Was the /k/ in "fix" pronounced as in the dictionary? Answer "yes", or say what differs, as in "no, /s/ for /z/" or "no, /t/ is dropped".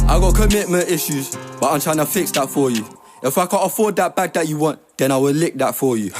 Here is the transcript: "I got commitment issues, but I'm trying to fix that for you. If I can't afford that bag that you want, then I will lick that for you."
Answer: yes